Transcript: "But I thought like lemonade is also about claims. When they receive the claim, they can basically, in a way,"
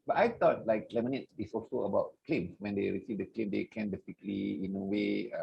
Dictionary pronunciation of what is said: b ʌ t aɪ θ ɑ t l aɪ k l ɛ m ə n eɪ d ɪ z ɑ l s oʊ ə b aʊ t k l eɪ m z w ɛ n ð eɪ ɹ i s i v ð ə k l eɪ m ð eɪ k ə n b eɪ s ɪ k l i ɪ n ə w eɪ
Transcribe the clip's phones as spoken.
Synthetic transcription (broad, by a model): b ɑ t aɪ t ɑ t l aɪ k l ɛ m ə n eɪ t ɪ s ɑ l s oʊ ə b aʊ t k l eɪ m w ɛ n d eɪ ɹ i s i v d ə k l eɪ m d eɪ k ə n b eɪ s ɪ k l i ɪ n ə w eɪ